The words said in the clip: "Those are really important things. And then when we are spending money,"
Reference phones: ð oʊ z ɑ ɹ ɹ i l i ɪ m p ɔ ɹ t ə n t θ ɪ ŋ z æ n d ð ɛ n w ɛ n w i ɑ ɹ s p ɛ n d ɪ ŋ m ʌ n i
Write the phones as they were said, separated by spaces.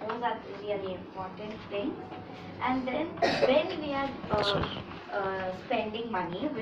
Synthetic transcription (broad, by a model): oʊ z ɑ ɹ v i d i ɪ m p ɔ ɹ t ə n t t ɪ ŋ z æ n d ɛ n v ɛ n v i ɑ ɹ s p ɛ n d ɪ ŋ m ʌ n i